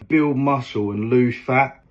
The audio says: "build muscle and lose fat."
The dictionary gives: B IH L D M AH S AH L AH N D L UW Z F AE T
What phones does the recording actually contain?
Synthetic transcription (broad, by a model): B IH L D M AH S AH L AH N L UW F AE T